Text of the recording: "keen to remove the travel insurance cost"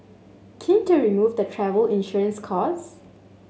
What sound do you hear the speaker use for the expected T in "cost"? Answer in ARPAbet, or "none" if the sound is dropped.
none